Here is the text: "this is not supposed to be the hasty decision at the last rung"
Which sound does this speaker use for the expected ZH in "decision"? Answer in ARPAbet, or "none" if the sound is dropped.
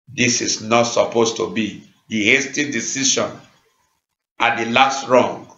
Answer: SH